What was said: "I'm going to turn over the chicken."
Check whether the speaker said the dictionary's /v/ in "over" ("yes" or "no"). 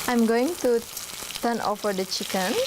no